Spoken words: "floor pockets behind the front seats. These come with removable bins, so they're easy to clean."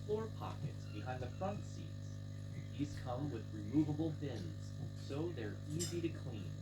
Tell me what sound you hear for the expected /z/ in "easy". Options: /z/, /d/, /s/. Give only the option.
/z/